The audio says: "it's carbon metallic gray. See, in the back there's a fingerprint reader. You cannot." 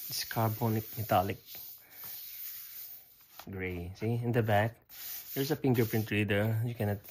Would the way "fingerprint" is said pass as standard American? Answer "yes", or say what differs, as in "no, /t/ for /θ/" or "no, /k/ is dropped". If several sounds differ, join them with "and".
no, /p/ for /f/